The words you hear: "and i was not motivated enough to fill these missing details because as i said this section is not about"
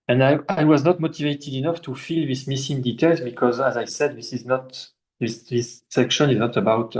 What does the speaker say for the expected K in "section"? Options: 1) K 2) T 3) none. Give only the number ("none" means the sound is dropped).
1